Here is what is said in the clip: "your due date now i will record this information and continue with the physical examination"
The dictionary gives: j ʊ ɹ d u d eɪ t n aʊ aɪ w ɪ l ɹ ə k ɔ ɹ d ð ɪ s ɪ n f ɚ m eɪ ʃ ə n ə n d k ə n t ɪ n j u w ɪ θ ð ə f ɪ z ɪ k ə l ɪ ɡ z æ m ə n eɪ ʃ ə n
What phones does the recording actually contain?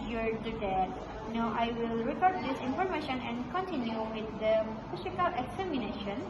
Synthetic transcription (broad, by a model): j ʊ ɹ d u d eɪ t n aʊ aɪ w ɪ l ɹ ə k ɔ ɹ d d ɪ s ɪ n f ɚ m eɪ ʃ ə n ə n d k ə n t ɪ n j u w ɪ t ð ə p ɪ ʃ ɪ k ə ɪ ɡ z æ m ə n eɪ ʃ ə n